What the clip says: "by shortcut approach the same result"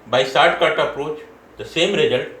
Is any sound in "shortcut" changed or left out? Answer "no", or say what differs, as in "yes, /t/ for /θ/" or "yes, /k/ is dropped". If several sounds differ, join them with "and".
yes, /s/ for /ʃ/